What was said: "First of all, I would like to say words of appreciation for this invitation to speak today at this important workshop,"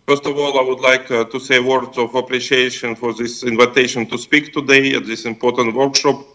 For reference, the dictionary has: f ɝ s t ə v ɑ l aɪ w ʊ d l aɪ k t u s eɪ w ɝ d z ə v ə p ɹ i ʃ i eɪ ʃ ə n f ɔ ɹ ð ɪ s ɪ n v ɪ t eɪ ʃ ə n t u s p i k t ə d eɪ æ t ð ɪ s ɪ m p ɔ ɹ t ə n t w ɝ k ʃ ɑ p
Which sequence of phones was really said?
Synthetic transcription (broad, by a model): f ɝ s t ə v ɑ l aɪ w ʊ d l aɪ k t u s eɪ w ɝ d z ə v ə p ɹ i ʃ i eɪ ʃ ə n f ɔ ɹ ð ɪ s ɪ n v ɪ t eɪ ʃ ə n t u s p i k t ə d eɪ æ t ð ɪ s ɪ m p ɔ ɹ t ə n t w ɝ k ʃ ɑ p